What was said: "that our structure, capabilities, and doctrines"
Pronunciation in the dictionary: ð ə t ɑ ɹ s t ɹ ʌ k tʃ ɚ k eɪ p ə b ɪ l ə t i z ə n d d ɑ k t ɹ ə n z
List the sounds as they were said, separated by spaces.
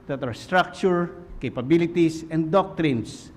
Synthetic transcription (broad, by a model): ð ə t ɑ ɹ s t ɹ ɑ k tʃ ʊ k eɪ p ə b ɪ l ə t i s ə n d d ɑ k t ɹ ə n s